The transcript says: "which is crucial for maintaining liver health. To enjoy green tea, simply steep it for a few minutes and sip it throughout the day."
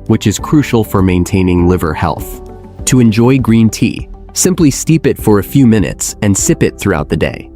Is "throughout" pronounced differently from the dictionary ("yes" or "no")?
no